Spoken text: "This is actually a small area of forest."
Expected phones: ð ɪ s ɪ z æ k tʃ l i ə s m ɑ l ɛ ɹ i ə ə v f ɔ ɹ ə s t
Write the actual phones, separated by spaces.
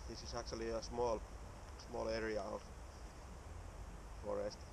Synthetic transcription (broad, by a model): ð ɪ s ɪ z æ k tʃ l i ə s m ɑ l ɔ l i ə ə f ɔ ɹ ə s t